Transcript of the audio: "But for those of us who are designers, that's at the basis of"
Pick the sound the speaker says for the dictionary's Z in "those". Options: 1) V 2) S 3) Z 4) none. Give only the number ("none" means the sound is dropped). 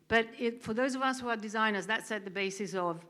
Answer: 3